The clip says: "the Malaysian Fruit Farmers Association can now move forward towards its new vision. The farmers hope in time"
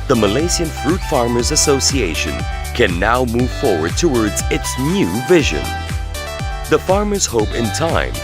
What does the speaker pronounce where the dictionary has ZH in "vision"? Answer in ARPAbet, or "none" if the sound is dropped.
ZH